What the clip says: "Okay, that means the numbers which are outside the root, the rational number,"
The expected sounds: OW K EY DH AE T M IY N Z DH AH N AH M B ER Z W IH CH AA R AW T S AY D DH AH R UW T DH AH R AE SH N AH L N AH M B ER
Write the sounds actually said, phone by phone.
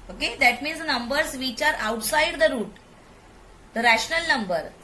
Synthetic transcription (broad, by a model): OW K EY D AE T M IY N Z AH N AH M B ER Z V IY CH AA R AW T S AY D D AH R UW T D AH R AE SH N AH L N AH M B ER